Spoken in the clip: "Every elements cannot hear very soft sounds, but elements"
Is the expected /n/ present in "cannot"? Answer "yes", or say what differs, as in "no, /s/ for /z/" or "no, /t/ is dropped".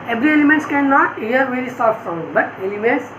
yes